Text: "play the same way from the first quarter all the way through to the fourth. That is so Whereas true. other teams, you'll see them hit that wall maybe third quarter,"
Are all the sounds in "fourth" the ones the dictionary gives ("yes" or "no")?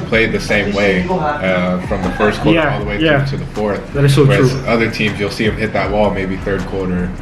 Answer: yes